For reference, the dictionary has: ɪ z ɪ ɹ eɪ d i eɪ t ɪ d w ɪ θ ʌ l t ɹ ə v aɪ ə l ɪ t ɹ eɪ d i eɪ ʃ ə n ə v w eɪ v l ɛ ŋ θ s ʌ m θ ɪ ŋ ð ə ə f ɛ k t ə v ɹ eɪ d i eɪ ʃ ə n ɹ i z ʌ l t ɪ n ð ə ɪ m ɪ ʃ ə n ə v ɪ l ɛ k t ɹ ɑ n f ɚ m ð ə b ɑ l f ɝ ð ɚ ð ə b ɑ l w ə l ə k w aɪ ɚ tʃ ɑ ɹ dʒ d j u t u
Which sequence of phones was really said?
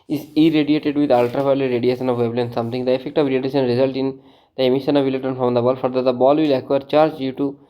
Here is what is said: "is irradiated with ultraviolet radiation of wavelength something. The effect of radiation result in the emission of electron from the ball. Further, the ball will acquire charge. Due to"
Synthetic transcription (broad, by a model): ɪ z ɪ ɹ eɪ d i eɪ t ɪ d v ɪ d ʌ l t ɹ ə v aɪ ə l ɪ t ɹ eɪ d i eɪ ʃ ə n ə v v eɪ b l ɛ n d s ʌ m t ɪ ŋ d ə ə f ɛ k t ə v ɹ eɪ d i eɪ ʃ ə n ɹ i z ʌ l t ɪ n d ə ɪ m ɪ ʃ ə n ə v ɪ l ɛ t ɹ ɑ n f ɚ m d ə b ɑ l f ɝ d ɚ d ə b ɑ l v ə l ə k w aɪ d tʃ ɑ ɹ dʒ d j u t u